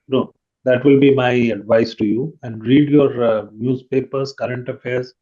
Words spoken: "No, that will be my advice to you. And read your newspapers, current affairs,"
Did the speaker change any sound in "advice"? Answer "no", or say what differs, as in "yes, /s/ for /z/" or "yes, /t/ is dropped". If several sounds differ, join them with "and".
no